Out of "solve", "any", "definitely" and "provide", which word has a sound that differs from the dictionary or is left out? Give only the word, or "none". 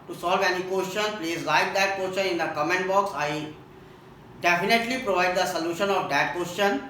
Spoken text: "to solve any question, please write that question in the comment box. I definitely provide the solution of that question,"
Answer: none